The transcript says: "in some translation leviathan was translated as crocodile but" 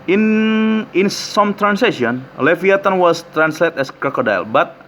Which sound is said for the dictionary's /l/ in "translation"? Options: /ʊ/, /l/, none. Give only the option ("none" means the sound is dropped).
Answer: none